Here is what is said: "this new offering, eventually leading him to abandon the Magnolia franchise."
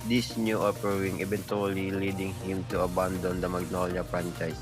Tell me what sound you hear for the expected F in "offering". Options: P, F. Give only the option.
P